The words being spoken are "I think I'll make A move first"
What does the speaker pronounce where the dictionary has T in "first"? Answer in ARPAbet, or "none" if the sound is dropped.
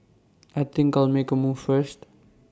T